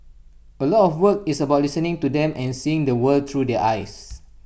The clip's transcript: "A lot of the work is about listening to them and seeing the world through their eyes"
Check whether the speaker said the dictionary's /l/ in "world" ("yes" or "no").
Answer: no